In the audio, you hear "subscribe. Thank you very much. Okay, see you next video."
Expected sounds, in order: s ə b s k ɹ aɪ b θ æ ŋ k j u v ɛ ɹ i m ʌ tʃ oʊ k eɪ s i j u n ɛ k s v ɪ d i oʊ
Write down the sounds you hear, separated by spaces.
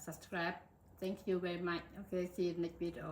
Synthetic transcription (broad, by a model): s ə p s k ɹ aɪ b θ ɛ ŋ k j u v ɛ ɹ i m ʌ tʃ oʊ k eɪ s i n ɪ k v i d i oʊ